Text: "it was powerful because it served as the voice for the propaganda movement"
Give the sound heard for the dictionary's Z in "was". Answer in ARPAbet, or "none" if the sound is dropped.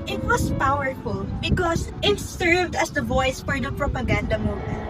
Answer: S